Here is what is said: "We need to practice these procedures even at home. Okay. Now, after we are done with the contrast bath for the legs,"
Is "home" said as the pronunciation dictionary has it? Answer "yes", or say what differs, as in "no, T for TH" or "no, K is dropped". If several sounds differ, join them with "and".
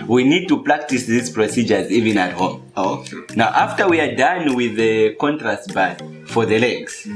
yes